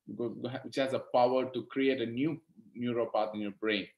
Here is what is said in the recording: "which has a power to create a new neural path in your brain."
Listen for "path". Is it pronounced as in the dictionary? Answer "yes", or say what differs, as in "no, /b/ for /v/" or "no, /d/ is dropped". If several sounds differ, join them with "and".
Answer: no, /t/ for /θ/